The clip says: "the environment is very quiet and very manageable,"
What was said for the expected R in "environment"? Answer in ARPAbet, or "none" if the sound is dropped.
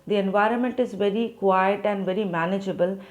R